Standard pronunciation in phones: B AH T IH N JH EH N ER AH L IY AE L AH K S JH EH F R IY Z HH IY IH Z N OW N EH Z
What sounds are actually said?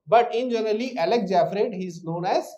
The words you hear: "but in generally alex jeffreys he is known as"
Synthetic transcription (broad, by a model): B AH T IH N JH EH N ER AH L IY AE L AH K JH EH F R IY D HH IY Z N OW N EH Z